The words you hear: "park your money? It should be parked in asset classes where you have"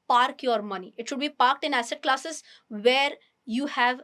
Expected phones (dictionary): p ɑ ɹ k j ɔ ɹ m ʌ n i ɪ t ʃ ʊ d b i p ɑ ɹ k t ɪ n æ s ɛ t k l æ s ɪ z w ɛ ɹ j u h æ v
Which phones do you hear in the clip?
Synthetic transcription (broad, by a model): p ɑ ɹ k j ɔ ɹ m ʌ n i ɪ t ʃ ʊ d b i p ɑ ɹ k t ɪ n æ s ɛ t k l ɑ s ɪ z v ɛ ɹ j u h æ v